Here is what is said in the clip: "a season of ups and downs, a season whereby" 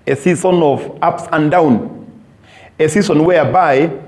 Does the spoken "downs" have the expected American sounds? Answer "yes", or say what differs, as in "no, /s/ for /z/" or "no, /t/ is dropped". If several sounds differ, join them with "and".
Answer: no, /z/ is dropped